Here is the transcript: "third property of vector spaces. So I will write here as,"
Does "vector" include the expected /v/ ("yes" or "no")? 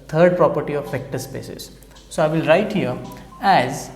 no